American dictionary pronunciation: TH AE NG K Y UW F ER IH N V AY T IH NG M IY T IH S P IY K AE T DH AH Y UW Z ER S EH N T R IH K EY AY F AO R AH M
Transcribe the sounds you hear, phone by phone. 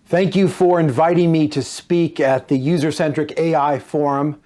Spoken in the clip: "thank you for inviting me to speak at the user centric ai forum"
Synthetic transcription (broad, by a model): TH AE NG K Y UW F ER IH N V AY T IH NG M IY T IH S P IY K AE T DH AH Y UW Z ER S EH N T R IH K EY AY F AO R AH M